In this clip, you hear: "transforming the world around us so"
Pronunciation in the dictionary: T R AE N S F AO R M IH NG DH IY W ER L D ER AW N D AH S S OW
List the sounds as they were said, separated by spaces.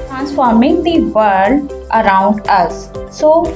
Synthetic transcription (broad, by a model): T R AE N S F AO R M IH NG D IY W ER D ER AW N D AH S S OW